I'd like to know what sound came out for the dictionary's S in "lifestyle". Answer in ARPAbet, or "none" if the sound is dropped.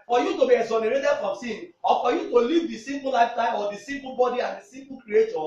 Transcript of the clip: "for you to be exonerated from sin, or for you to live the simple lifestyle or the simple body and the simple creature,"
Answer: none